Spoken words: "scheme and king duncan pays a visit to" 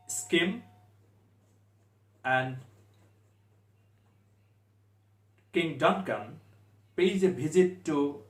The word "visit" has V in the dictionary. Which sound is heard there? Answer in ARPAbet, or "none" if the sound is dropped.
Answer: B